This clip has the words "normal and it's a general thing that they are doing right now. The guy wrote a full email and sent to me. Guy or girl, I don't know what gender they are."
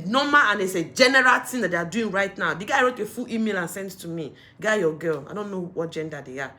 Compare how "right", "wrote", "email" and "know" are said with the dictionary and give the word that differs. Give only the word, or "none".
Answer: none